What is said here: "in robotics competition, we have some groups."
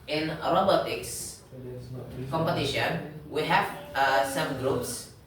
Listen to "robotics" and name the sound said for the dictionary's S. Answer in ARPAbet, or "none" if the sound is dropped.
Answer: S